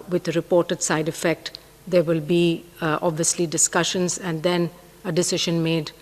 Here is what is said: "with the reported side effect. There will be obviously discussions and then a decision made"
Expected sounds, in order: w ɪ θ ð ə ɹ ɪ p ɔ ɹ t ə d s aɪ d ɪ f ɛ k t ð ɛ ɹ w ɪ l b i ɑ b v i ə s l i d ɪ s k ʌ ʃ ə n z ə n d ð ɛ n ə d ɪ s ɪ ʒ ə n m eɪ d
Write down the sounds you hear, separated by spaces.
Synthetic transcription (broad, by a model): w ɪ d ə ɹ ɪ p ɔ ɹ t ə d s aɪ d ɪ f ɛ k t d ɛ ɹ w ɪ l b i ɑ b v i ə s l i d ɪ s k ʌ ʃ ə n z ə n d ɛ n ə d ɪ s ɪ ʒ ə n m eɪ d